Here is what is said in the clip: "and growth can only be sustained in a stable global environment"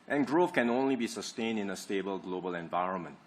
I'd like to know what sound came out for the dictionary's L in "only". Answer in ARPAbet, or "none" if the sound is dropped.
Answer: L